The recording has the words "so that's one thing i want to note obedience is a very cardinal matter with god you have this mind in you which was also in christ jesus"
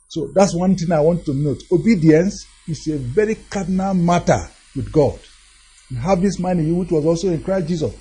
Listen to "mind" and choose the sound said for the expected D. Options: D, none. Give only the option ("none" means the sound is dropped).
none